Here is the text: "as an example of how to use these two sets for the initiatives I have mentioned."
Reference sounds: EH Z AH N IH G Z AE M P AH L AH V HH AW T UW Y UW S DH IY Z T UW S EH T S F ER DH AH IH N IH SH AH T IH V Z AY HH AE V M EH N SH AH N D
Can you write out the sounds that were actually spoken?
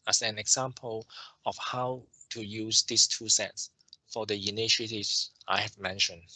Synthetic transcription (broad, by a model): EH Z AH N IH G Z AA M P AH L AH F HH AW T UW Y UW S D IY S T UW S EH T S F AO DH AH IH N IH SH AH T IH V S AY HH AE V M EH N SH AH N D